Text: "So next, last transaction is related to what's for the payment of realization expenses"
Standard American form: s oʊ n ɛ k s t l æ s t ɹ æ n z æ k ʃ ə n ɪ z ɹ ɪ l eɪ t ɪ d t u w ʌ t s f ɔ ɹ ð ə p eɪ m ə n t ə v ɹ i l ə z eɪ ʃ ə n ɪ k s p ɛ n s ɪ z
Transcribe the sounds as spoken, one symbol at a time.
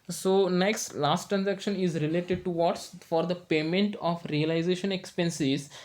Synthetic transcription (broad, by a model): s oʊ n ɛ k s t l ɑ s t ɹ æ n z æ k ʃ ə n ɪ z ɹ ɪ l eɪ t ɪ d t u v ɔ t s f ɔ ɹ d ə p eɪ m ə n t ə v ɹ i l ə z eɪ ʃ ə n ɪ k s p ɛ n s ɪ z